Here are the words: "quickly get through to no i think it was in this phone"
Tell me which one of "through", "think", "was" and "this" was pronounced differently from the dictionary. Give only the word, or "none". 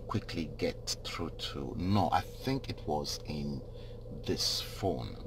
none